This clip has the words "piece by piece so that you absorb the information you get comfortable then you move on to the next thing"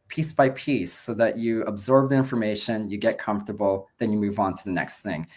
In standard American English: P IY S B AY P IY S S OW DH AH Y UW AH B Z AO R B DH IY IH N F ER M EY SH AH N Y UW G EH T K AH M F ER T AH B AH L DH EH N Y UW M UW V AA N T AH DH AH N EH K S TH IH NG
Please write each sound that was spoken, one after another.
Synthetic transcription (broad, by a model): P IY S B AY P IY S S OW DH AH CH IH AH B Z AO R B DH IY IH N F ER M EY SH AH N Y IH G EH T K AH M F T AH B L DH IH N Y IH M UW V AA N T AH DH AH N EH K S TH IH NG